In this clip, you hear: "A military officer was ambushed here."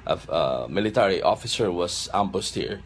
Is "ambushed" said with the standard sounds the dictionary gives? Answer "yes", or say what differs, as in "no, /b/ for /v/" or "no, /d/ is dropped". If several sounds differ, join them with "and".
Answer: no, /s/ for /ʃ/